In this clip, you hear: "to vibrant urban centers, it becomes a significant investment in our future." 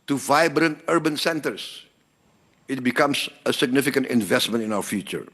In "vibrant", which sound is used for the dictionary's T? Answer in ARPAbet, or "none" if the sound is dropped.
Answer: T